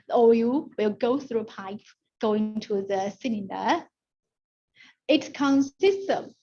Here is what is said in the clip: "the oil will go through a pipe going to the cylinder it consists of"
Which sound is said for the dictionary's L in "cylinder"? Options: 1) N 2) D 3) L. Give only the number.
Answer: 1